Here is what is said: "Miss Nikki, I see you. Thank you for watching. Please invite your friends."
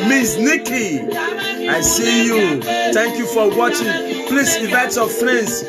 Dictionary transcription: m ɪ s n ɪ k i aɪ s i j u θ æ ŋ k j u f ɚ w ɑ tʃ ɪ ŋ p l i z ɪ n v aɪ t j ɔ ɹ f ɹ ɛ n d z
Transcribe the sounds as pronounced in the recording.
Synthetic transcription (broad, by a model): m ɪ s n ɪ k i aɪ s i j u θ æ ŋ k j u f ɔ w ɑ tʃ ɪ ŋ p l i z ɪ v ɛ t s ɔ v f ɹ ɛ n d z